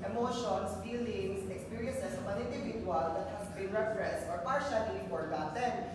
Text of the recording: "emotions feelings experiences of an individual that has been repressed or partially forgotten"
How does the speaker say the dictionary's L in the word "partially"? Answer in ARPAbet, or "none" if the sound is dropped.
N